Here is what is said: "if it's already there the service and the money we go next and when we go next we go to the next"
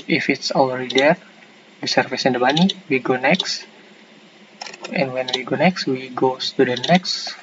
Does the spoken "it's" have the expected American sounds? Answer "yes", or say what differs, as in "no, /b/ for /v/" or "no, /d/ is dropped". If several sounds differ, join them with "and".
yes